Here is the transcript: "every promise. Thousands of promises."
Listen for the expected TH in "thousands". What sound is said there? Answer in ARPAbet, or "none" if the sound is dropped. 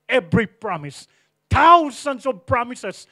T